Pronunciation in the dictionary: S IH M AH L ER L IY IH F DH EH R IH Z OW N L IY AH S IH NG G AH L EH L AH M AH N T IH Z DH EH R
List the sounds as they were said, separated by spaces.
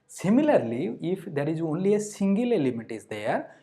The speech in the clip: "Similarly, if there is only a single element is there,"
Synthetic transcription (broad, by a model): S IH M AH L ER L IY IH F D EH R IH Z OW N L IY AH S IH NG G AH L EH L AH M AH T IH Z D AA R